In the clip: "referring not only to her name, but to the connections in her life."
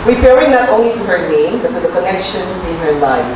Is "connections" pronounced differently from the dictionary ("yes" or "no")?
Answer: yes